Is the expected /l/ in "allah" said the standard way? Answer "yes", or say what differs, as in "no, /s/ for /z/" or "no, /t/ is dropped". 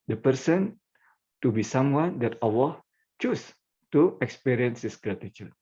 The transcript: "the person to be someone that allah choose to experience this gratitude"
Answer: no, /w/ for /l/